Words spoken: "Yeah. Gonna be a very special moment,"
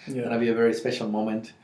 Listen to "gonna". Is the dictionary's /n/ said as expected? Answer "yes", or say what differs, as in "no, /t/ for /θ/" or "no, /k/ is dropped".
no, /n/ is dropped